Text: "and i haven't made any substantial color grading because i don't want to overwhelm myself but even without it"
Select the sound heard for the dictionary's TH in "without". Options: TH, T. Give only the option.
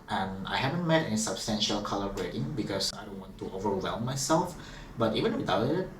T